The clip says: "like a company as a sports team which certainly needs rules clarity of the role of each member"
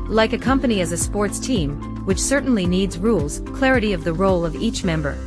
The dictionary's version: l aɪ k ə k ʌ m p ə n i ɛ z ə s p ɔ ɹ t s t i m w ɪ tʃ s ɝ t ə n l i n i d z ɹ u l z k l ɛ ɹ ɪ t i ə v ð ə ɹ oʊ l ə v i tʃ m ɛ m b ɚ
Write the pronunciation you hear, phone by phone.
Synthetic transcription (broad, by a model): l aɪ k ə k ʌ m p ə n i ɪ z ə s p ɔ ɹ t s t i m w ɪ tʃ s ɝ t n l i n i d z ɹ u l z k l ɛ ɹ ɪ t i ə v ð ə ɹ oʊ l ə v i tʃ m ɛ m b ɚ